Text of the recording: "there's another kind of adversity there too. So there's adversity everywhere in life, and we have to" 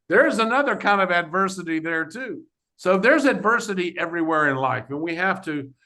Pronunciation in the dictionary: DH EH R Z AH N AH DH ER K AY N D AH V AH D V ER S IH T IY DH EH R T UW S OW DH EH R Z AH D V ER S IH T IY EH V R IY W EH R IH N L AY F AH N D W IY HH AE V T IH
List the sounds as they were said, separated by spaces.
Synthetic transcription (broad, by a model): DH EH R Z AH N AH DH ER K AY N D AH V AH D V ER S IH T IY DH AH R T UW S OW DH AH R Z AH D V ER S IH T IY EH V R IY W EH R IH N L AY F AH N W IY HH AE F T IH